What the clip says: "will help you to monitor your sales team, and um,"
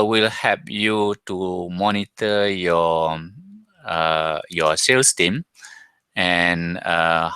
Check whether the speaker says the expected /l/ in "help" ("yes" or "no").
no